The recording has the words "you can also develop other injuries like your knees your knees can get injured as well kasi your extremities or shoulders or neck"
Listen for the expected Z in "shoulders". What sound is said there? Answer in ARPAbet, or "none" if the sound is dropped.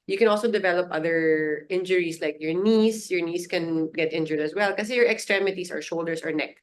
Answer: S